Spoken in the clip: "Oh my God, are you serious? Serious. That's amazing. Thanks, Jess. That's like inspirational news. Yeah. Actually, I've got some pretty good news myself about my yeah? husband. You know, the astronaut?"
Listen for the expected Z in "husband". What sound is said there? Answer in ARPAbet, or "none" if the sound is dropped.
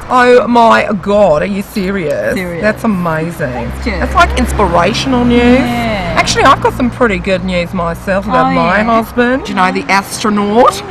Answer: Z